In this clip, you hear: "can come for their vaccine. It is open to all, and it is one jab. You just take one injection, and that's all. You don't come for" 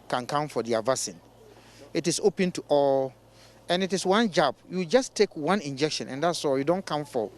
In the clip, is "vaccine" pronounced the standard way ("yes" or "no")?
no